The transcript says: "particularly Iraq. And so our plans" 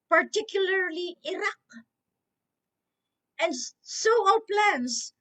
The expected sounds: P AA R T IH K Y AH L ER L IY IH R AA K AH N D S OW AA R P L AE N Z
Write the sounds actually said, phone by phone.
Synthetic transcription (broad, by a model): P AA R T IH K Y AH L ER L IY IH R AA K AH N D S OW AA L P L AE N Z